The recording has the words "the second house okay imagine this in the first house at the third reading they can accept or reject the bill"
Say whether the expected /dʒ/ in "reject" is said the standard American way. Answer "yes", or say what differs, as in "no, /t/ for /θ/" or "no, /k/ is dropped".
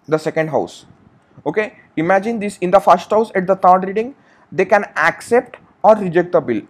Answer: yes